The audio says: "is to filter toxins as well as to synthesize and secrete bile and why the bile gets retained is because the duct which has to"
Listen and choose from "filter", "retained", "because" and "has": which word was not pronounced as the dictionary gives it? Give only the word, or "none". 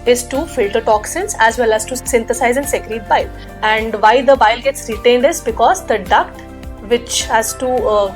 none